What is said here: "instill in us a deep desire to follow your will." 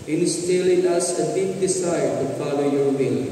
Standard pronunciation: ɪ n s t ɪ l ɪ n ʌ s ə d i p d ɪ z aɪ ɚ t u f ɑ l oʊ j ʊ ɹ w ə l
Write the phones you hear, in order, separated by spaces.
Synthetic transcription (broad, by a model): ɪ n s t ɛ l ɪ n ʌ s ə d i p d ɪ s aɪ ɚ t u p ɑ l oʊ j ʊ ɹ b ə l